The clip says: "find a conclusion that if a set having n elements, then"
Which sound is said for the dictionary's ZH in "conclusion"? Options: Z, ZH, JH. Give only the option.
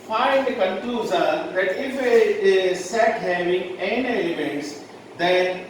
Z